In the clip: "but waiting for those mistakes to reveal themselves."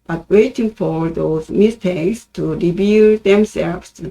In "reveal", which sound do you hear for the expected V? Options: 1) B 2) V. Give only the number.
1